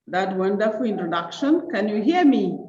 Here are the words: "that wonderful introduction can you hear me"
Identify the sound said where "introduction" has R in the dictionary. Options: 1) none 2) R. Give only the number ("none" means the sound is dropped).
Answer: 2